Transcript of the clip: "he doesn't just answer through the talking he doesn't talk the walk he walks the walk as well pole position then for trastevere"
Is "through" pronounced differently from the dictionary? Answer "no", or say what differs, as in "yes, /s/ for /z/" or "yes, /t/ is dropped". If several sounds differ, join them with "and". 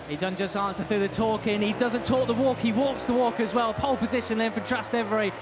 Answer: yes, /ɹ/ is dropped